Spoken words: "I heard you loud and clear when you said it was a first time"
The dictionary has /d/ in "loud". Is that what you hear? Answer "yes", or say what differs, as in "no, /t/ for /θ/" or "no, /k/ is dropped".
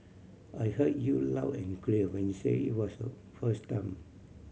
no, /d/ is dropped